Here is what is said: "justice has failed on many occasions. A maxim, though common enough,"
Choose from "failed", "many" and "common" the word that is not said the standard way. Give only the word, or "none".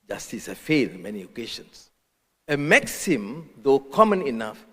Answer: failed